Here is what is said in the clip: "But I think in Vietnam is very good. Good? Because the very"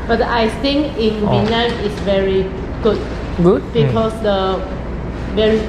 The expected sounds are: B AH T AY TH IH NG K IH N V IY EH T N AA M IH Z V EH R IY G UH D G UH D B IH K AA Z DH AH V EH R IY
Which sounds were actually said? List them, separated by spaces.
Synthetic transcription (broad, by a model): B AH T AY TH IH NG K IH N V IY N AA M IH S V EH R IY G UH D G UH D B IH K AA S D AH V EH R IY